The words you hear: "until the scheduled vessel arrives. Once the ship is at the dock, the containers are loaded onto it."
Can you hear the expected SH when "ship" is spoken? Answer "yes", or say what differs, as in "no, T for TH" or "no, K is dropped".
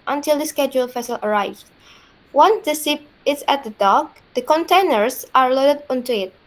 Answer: no, S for SH